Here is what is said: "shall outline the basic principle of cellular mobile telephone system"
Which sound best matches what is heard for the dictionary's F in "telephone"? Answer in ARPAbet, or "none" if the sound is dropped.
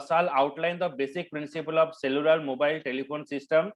P